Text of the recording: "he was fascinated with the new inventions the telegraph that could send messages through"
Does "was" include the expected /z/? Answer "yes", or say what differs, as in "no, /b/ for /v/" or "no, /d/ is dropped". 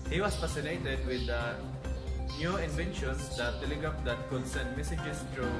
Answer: no, /s/ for /z/